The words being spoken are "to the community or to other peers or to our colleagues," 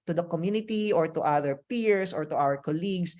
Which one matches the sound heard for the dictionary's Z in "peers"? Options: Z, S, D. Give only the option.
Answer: S